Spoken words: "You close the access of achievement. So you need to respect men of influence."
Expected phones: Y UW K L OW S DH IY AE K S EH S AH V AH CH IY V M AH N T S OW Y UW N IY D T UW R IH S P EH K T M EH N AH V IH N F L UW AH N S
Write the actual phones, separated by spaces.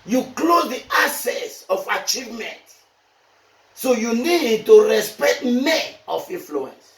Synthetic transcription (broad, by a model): Y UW K L OW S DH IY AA S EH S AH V AH CH IY V M AH N T S OW Y UW N IY D T UW R IH S P EH K T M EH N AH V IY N F L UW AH N S